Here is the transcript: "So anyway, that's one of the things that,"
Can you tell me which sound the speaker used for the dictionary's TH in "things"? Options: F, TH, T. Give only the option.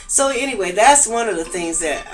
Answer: TH